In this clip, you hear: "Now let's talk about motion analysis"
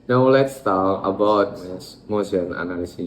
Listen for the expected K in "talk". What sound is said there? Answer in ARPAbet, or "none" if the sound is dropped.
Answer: none